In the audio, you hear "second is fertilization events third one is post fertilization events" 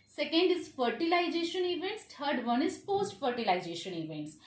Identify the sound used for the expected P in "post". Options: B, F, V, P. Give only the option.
F